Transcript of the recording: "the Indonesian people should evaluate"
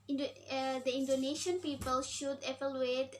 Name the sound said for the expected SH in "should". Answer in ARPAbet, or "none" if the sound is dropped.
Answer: SH